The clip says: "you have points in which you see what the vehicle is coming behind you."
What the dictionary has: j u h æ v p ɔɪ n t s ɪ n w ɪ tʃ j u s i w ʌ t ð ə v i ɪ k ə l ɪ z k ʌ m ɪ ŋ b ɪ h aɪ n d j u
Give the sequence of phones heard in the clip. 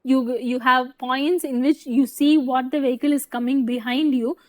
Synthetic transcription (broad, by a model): j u h æ v p ɔɪ n t s ɪ n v ɪ tʃ j u s i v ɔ t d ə v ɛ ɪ k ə l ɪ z k ʌ m ɪ ŋ b ɪ h aɪ n d j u